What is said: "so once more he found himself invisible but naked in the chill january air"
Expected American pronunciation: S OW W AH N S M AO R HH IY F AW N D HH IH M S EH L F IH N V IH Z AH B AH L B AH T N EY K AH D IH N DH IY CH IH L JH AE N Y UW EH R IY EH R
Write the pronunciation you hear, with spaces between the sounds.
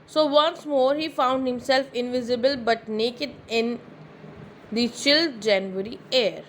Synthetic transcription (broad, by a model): S OW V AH N S M AO R HH IY F AW N D HH IH M S EH L F IH N V IH Z AH B AH L B AH T N EY K AH D IH N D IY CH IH L JH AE N Y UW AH R IY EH R